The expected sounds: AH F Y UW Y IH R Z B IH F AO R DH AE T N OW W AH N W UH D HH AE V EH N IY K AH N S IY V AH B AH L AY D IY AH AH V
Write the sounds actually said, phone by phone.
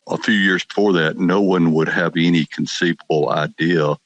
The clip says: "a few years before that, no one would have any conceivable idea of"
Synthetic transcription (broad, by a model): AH F Y UW Y IH R Z B IH F AO R DH AE T N OW W AH N W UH D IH V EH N IY K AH N S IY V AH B L AY D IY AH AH